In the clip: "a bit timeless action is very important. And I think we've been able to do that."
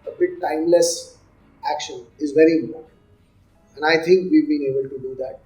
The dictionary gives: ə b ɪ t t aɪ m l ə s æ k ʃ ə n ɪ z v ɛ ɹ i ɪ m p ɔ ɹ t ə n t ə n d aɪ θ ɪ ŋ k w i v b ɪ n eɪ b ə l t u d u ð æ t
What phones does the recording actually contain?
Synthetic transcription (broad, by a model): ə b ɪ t t aɪ m l ə s æ k ʃ ə n ɪ z v ɛ ɹ i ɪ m p ɔ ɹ t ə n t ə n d aɪ t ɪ ŋ k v i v b ɪ n eɪ b ə l t u d u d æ t